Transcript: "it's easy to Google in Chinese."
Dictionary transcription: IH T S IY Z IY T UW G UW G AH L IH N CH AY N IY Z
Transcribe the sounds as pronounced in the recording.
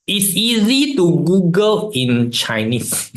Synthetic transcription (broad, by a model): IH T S IY Z IY T UW G UW G AH L IH N CH AY N IY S